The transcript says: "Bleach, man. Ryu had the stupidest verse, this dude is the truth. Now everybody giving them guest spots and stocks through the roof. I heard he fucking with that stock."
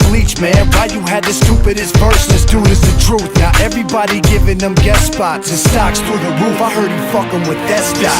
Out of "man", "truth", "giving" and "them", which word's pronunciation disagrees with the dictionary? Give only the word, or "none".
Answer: none